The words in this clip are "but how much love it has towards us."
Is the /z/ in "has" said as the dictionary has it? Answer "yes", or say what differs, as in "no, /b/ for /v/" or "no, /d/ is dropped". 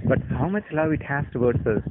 no, /s/ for /z/